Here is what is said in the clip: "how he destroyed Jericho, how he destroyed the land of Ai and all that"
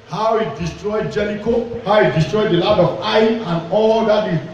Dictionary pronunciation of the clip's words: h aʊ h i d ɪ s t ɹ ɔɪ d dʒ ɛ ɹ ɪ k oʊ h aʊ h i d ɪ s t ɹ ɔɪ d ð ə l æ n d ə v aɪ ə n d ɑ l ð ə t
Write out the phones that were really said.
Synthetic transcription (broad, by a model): h aʊ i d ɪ s t ɹ ɔɪ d dʒ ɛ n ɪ k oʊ h aʊ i d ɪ s t ɹ ɔɪ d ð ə l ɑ d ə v aɪ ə n ɑ l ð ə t